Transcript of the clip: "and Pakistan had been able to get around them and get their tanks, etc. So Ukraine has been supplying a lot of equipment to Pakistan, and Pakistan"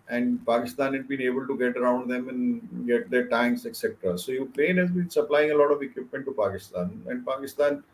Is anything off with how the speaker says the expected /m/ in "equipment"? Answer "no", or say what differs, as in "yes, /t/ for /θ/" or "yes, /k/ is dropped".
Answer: no